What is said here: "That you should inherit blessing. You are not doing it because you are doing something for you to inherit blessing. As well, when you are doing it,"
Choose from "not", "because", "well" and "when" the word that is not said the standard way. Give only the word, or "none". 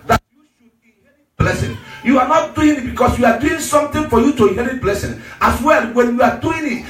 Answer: because